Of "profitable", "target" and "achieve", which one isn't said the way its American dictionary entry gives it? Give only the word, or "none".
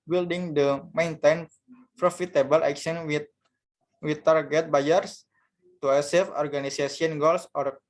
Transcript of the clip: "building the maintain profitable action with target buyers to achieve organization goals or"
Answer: achieve